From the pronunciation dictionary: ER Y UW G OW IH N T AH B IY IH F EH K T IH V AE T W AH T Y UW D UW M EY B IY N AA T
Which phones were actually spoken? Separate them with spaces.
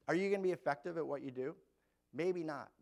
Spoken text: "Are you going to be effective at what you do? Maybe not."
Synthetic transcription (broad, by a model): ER Y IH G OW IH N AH B IY IH F EH K T IH V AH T W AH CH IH D UW M EY B IY N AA T